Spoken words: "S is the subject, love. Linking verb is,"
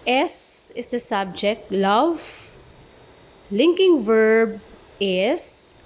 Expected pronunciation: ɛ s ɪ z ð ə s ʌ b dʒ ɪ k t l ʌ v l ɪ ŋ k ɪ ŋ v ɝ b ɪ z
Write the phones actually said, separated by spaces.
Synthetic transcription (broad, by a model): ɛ s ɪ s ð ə s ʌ b dʒ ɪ k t l ʌ v l ɪ ŋ k ɪ ŋ v ɝ b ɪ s